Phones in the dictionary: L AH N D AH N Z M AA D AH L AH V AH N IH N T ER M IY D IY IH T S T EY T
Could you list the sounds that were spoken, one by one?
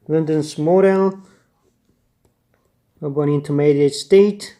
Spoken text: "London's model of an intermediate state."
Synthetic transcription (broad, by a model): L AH N D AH N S M AA D AH L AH B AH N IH N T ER M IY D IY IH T S T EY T